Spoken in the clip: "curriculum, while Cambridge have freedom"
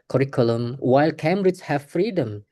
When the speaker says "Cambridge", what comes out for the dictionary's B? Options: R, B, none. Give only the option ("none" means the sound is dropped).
none